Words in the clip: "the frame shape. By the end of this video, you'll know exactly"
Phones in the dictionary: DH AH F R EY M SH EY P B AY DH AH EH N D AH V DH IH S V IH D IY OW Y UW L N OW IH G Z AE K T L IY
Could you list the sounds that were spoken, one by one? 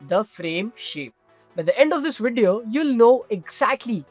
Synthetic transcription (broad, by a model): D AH F R EY M SH EY P B AY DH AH EH N D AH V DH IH S V IH D IY OW Y UW L N OW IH G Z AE K T L IY